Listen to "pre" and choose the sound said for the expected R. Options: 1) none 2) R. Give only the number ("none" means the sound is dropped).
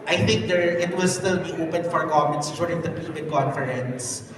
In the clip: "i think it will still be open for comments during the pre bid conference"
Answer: 1